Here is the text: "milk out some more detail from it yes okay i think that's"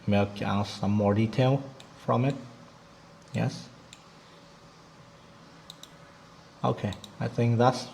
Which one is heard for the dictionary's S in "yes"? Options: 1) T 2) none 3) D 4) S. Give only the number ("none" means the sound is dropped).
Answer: 4